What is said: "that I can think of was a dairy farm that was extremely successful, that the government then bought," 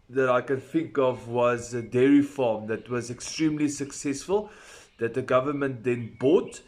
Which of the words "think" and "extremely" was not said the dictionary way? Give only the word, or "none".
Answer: none